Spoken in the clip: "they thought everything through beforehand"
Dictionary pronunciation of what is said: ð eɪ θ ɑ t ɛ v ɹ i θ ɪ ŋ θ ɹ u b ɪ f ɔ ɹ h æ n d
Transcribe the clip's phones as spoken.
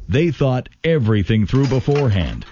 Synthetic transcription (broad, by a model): ð eɪ θ ɑ t ɛ v ɹ i θ ɪ ŋ θ ɹ u b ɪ f ɔ ɹ h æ n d